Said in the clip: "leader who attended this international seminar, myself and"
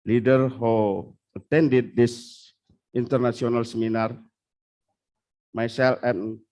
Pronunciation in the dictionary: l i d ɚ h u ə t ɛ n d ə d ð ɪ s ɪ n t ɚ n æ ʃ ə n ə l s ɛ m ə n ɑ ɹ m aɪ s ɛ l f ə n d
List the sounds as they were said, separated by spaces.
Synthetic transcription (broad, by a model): l i d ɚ h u ə t ɛ n d ə d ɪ s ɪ n t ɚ n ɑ s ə n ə l s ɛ m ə n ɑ ɹ m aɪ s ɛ l ə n